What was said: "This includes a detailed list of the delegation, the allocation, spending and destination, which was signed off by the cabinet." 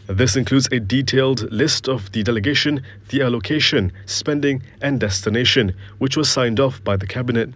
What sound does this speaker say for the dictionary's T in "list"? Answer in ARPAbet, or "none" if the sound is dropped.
T